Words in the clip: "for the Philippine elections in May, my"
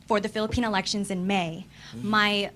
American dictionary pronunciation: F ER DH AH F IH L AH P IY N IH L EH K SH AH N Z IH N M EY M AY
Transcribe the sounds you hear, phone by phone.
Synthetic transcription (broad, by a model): F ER DH AH F IH L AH P IY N IH L EH K SH AH N Z IH N M EY M AY